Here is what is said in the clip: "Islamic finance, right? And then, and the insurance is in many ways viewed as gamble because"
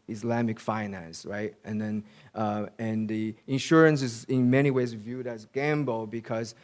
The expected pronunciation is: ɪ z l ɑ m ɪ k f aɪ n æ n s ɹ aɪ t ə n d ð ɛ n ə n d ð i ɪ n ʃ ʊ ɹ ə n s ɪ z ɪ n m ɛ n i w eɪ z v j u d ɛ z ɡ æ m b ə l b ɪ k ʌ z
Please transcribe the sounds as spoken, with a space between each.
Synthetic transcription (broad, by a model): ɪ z l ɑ m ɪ k f aɪ n æ n s ɹ aɪ t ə n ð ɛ n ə n ð i ɪ n ʃ ʊ ɹ ə n s ɪ z ɪ n m ɛ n i w eɪ z v j u d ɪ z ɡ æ m b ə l b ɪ k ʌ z